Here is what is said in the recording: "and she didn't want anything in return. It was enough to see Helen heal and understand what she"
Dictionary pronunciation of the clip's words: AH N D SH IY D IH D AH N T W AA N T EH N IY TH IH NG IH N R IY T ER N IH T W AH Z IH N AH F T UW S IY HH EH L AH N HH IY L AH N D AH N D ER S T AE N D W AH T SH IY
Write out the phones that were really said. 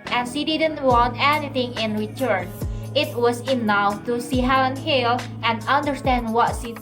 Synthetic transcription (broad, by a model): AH N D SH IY D IH D AH N T W AA N T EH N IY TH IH NG IH N R IY T ER N IH T W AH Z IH N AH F T UW S IY HH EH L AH N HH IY L AH N D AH N D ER S T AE N D W AH T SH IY